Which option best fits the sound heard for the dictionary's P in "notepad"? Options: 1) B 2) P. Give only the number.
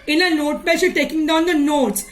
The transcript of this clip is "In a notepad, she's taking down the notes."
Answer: 1